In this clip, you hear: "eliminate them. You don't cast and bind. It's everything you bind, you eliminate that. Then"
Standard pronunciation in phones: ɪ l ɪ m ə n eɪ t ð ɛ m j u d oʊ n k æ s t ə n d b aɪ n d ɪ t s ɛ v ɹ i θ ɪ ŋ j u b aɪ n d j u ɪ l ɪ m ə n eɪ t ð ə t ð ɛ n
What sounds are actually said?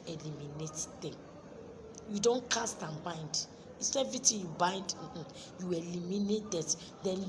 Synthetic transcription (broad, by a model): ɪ l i m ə n eɪ t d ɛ m j u d oʊ n k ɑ s t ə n b aɪ n d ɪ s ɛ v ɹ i t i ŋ j u b aɪ n d j u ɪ l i m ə n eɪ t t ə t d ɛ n